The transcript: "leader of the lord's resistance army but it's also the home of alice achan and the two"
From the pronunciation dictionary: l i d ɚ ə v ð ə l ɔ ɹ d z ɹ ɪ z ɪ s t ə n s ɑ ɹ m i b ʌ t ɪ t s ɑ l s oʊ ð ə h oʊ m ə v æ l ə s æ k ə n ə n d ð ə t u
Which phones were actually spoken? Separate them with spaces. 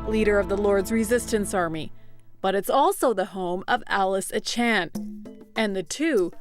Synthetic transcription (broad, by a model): l i d ɚ ə v ð ə l ɔ ɹ d z ɹ ɪ z ɪ s t ə n s ɑ ɹ m i b ʌ t ɪ t s ɑ l s oʊ ð ə h oʊ m ə v æ l ə s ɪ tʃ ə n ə n ð ə t u